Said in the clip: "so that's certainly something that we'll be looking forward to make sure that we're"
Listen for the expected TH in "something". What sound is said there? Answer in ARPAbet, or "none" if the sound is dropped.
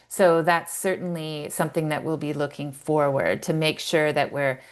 TH